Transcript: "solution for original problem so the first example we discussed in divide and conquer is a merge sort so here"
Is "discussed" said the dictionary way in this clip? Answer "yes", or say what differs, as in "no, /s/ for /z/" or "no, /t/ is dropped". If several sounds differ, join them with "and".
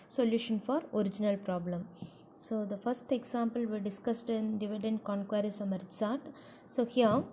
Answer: yes